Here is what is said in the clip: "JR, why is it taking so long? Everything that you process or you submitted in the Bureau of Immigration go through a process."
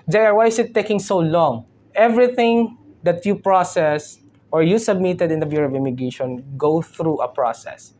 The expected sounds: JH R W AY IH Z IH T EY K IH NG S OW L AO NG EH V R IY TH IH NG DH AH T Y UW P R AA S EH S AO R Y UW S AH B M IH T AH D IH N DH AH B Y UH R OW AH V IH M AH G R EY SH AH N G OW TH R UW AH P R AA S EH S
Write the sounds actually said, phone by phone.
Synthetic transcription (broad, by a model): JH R W AY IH S IH T EY K IH NG S OW L AO NG EH V R IY TH IH NG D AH T Y UW P R AA S EH S AO R Y UW S AH B M IH T AH D IH N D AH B Y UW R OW AH V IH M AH G EY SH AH N G OW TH R UW AH P R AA S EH S